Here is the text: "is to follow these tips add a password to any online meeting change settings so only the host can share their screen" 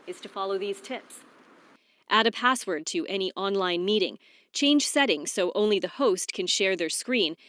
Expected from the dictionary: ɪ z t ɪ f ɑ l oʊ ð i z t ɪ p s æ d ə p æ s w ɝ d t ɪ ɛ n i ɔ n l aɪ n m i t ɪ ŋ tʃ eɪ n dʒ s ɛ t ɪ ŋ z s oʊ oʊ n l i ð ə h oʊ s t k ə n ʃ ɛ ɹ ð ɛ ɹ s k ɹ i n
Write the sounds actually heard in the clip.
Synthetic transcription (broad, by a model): ɪ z t ɪ f ɑ l oʊ ð i z t ɪ p s æ d ə p æ s w ɝ d t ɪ ɛ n i ɔ n l aɪ n m i t ɪ ŋ tʃ eɪ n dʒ s ɛ t ɪ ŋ s oʊ oʊ n l i ð ə h oʊ s t k ə n ʃ ɛ ɹ ð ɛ ɹ s k ɹ i n